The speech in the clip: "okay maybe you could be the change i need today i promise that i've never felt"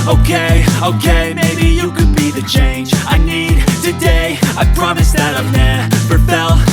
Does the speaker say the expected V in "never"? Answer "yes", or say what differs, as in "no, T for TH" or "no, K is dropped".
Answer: no, P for V